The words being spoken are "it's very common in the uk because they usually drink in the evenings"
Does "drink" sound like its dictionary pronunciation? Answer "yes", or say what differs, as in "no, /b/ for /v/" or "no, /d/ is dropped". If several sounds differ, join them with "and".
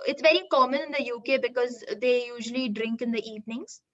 yes